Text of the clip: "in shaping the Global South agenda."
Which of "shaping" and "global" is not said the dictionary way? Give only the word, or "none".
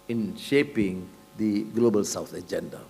none